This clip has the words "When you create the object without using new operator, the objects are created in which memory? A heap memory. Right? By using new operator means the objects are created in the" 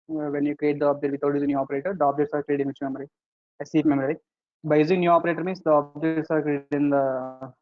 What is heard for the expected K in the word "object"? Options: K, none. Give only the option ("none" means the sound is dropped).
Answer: none